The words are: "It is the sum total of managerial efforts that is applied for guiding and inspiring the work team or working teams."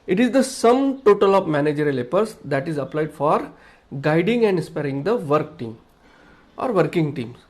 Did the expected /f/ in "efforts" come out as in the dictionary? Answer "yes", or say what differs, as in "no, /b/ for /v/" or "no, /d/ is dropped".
no, /p/ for /f/